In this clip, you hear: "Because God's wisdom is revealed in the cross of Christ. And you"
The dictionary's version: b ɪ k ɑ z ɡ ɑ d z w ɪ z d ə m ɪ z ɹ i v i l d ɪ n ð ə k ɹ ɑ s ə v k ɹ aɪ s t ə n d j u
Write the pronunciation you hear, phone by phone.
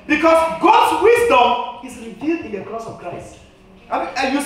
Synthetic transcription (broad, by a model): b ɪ k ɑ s ɡ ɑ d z w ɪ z d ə m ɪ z ɹ i v i l d ɪ n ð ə k ɹ ɑ s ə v k ɹ aɪ s t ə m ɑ j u